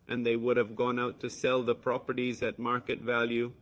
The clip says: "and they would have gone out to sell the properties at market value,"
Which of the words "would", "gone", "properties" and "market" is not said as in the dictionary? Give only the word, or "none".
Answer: none